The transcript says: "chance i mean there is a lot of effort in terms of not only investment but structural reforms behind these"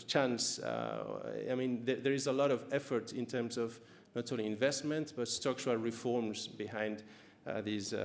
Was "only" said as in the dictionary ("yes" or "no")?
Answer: no